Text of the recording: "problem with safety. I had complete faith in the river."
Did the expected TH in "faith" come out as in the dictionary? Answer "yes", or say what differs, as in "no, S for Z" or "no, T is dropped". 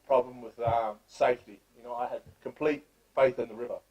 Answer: yes